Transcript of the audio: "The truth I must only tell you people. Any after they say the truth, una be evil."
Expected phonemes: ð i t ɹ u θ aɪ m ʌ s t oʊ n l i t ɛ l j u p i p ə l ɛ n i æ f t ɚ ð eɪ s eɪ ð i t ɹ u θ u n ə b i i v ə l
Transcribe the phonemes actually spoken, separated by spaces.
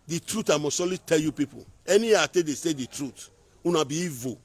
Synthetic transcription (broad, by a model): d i t ɹ u t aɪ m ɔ s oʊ l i t ɛ l j u p i p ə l ɛ n i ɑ t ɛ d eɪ s eɪ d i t ɹ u t u n ə b i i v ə